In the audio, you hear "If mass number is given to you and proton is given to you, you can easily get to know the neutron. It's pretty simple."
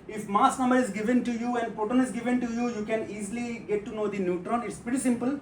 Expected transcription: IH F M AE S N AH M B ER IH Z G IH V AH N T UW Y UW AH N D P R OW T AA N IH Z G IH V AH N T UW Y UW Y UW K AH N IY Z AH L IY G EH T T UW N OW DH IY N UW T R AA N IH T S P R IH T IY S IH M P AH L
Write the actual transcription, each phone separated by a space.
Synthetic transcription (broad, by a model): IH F M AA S N AH M B ER IH Z G IH V AH N T UW Y UW AH N D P OW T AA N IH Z G IH V AH N T UW Y UW Y UW K AH N IY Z L IY G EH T T UW N OW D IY N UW T R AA N IH T S P R IH T IY S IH M P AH L